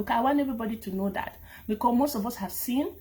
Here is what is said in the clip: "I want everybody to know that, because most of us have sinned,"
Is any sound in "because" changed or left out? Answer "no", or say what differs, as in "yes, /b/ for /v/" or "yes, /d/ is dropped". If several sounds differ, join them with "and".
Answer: yes, /z/ is dropped